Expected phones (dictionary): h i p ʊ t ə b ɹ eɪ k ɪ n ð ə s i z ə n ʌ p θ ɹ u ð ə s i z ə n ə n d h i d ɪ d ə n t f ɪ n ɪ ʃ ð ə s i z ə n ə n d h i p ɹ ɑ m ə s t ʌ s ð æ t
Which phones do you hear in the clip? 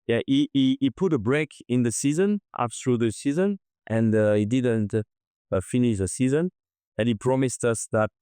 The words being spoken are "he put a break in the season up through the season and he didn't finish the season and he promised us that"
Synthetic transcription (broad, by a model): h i p ʊ t ə b ɹ eɪ k ɪ n ð ə s i z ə n ʌ p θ ɹ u ð ə s i z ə n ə n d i d ɪ d ə n t f ɪ n ɪ ʃ ð ə s i z ə n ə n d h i p ɹ ɑ m ə s t ʌ s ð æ t